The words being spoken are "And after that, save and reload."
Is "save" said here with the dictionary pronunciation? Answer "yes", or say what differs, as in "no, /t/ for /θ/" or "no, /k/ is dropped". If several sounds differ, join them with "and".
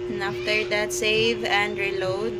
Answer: yes